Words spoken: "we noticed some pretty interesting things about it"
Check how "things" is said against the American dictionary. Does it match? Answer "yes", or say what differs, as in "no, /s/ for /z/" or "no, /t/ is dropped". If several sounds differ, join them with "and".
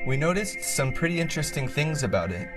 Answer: yes